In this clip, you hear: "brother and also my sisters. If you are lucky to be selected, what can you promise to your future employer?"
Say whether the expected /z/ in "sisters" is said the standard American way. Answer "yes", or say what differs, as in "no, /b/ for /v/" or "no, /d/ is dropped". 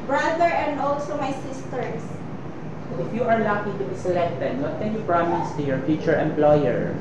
no, /s/ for /z/